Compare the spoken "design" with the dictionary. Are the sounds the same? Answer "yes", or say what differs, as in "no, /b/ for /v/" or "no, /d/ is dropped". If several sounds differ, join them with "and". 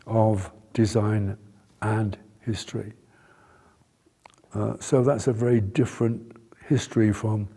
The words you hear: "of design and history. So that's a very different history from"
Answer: yes